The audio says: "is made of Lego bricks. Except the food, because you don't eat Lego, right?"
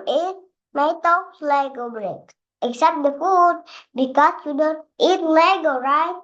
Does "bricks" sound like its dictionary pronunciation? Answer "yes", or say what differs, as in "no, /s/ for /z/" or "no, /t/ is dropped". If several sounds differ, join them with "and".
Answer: no, /s/ is dropped